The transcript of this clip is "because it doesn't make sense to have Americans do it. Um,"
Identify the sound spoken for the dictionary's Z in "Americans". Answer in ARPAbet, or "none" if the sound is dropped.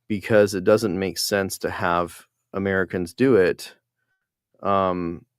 Z